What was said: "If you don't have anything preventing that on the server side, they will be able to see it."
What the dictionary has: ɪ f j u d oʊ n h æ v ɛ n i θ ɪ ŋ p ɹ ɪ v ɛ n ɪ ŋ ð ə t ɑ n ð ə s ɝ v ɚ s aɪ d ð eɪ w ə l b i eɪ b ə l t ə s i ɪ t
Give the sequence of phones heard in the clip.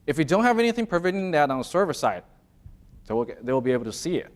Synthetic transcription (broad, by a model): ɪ f j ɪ d oʊ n h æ v ɛ n i θ ɪ ŋ p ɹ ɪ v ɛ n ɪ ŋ ð ə t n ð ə s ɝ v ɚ s aɪ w ð eɪ w ə l b i eɪ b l t ə s i ɪ t